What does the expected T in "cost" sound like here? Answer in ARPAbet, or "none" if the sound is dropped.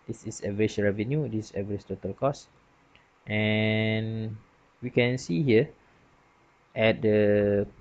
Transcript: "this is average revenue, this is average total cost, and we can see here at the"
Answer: T